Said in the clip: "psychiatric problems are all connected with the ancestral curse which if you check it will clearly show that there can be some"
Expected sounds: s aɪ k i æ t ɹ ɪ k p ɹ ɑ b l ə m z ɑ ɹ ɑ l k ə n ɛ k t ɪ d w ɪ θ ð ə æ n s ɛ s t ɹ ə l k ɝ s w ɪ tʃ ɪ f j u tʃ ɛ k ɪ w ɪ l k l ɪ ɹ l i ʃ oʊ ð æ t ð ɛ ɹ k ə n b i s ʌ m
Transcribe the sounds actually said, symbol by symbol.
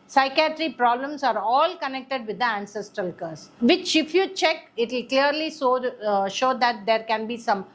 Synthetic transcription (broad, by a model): s aɪ k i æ t ɹ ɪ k p ɹ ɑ b l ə m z ɑ ɹ ɑ l k ə n ɛ k t ɪ d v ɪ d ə æ n s ɛ s t ɹ ə l k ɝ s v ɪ tʃ ɪ f j u tʃ ɛ k ɪ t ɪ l k l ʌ ɹ l i ʃ oʊ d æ t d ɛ ɹ k ə n b i s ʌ m